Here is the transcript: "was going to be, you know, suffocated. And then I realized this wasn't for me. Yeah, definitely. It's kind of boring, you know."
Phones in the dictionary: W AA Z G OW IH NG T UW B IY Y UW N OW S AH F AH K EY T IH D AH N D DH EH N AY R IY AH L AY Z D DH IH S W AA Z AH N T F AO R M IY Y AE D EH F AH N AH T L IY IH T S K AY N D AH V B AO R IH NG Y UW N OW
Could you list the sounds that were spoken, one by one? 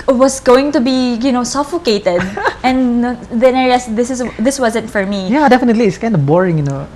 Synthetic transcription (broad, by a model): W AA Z G OW IH NG T UW B IY Y UW N OW S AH F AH K EY T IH D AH N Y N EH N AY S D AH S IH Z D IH S W AA Z AH N T F AO R M IY Y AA D EH F AH N AH T L IY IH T S K AY N D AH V B AO R IH NG Y UW N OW